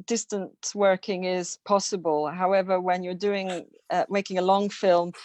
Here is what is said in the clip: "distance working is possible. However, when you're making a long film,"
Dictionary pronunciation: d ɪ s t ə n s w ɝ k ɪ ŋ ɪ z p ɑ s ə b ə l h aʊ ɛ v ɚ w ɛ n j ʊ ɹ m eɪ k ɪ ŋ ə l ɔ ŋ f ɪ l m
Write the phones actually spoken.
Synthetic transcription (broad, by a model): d ɪ s t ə n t w ɝ k ɪ ŋ ɪ z p ɑ s ə b ə l h aʊ ɛ v ɚ w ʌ n j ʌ ɹ m eɪ k ɪ ŋ ə l ɔ ŋ f ɪ l m